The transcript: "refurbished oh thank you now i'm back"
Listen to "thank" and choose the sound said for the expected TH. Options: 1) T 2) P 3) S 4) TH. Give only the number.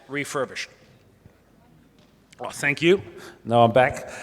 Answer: 4